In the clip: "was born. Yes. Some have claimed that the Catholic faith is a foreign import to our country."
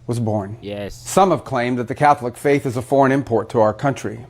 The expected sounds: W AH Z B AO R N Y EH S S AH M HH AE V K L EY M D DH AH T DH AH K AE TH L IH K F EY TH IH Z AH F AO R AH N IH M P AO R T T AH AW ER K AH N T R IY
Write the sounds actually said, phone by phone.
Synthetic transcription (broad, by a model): W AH Z B AO R N Y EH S S AH M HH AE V K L EY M DH AH T DH AH K AE TH L IH K F EY TH IH Z AH F AO R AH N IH M P AO R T T AH AW ER K AH N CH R IY